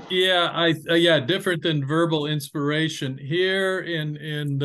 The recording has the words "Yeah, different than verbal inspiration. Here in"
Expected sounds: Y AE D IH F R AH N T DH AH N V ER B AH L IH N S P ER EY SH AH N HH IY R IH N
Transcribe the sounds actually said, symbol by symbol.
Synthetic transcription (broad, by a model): Y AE D IH F R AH N DH AH N V ER B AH L IH N S P ER EY SH AH N HH IY R IH N